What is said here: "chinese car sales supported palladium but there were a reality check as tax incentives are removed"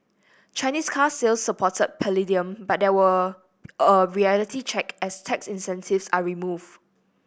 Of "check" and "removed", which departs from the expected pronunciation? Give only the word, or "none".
removed